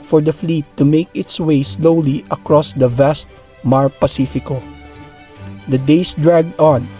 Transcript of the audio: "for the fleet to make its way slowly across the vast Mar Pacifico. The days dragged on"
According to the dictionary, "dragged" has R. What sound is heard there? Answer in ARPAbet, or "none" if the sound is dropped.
R